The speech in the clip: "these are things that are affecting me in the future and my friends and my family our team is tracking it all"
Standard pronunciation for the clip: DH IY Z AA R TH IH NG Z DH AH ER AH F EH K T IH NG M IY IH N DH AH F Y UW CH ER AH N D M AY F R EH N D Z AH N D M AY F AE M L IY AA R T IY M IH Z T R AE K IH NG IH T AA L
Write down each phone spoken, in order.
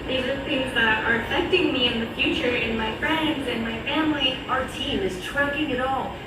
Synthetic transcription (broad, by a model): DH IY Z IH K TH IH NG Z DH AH ER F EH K T IH NG M IY IH N DH AH F Y UW CH ER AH N M AY F R EH N D Z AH N M AY F AE M L IY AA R T IY M IH Z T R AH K IH NG IH T AA L